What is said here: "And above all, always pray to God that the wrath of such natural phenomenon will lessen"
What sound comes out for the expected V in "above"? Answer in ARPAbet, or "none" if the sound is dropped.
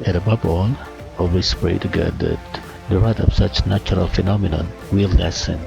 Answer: B